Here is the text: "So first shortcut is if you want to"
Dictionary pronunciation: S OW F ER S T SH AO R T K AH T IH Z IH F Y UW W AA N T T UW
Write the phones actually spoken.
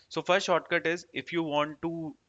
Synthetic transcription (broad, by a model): S OW F ER S T SH AO R T K AH T IH Z IH F Y UW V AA N T T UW